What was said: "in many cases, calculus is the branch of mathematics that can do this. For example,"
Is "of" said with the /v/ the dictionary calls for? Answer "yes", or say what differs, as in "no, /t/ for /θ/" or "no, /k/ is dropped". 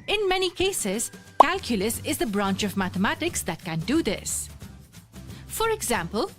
yes